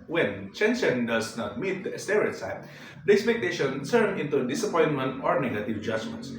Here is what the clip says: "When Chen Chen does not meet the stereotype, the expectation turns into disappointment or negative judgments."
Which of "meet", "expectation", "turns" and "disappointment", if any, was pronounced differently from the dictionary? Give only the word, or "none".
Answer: turns